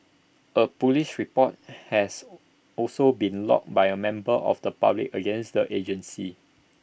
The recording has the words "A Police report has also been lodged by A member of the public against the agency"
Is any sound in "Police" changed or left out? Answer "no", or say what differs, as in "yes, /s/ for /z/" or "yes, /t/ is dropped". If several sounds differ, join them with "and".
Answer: yes, /ʃ/ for /s/